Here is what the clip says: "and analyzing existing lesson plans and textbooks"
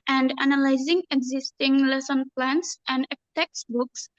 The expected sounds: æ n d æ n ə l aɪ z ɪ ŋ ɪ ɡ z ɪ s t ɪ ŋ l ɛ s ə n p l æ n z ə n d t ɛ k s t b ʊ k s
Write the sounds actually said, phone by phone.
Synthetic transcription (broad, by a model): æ n d æ n ə l aɪ z ɪ ŋ ɪ ɡ z ɪ s t ɪ ŋ l ɛ s ə n p l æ n s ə n d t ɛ k s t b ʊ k s